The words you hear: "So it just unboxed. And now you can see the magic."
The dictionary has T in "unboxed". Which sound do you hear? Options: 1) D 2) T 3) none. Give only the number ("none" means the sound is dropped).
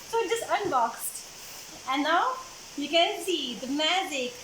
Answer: 2